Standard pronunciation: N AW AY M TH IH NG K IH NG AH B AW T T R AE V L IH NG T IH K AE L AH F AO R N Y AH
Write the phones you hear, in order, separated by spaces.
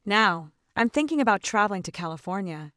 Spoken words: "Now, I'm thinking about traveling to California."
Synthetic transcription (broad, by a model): N AW AY M TH IH NG K IH NG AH B AW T T R AE V L IH NG T IH K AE L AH F AO R N Y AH